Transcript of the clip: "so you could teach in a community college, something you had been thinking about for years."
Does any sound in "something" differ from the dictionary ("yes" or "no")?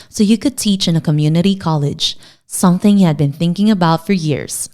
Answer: no